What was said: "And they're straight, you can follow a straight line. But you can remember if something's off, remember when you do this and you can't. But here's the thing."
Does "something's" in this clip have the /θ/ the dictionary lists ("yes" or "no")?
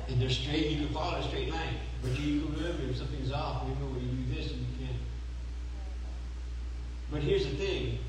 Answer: yes